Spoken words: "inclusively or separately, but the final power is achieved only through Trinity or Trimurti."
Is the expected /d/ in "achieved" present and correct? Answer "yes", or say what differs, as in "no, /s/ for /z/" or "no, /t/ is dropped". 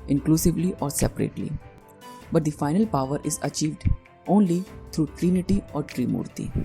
yes